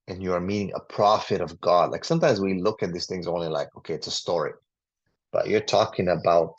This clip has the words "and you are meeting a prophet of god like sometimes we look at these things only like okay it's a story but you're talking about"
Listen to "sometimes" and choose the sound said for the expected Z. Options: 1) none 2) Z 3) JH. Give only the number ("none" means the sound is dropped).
2